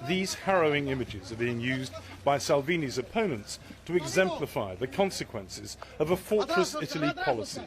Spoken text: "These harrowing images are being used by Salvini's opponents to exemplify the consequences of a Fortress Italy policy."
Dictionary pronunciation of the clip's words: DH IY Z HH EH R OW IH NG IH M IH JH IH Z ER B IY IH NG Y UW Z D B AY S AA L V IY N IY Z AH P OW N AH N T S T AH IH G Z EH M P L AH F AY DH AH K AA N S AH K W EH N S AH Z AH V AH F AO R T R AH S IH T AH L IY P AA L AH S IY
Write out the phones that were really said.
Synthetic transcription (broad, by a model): DH IY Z HH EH R OW IH NG IH M IH JH IH Z ER B IY IH NG Y UW Z B AY S AA L V IY N IY Z AH P OW N AH N T S T AH IH G Z EH M P L AH F AY DH AH K AA N S AH K W EH N S AH Z AH V AH F AO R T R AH S IH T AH L IY P AA L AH S IY